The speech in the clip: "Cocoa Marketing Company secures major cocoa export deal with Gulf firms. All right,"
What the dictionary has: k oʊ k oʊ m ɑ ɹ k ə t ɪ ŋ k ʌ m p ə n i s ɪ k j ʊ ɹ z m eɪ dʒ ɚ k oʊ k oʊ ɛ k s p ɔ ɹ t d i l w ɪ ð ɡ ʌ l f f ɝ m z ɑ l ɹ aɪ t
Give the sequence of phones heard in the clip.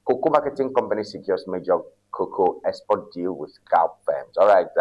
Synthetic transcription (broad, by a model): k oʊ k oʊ m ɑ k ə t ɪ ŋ k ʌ m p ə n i s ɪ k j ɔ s m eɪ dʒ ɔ k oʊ k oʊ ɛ s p ɔ d i l w ɪ ð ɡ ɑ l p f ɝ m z ɑ l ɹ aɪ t